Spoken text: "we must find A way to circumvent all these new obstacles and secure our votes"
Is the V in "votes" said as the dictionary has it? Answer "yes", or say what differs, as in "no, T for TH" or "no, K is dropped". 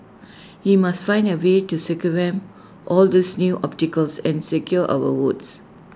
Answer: no, W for V